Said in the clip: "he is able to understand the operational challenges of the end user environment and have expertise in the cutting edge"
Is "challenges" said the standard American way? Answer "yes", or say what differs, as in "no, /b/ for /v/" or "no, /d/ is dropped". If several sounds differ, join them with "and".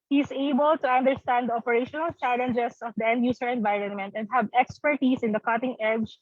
no, /s/ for /z/